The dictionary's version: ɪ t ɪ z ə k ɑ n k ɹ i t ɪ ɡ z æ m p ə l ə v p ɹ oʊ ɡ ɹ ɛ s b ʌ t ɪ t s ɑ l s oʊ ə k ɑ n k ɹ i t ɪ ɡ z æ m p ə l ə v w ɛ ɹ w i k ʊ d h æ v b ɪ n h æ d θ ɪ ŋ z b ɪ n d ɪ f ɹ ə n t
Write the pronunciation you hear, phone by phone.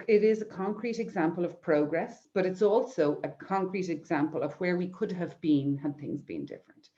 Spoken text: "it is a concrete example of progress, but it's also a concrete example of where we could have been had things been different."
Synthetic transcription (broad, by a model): ɪ t ɪ z ə k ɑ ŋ k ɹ i t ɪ ɡ z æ m p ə l ə v p ɹ oʊ ɡ ɹ ɛ s b ʌ t ɪ t s ɑ l s oʊ ə k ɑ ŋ k ɹ i t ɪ ɡ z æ m p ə l ə v w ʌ ɹ w i k ʊ d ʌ v b ɪ n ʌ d θ ɪ ŋ z b ɪ n d ɪ f ɹ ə n t